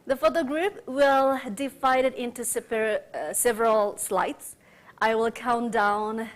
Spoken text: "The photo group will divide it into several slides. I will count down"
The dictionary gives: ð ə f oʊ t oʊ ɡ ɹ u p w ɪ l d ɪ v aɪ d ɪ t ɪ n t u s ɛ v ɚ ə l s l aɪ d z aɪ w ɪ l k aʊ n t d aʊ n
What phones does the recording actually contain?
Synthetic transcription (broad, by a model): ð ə f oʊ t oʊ ɡ ɹ u p w ɪ l d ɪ f aɪ d ɪ t ɪ n t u s ɛ v ɚ ə l s l aɪ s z aɪ w ɪ l k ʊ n d aʊ n